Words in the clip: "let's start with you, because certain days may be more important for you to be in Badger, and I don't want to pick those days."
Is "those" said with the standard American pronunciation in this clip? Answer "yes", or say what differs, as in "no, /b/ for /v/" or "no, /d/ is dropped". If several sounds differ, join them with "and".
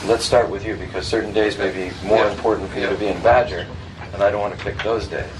yes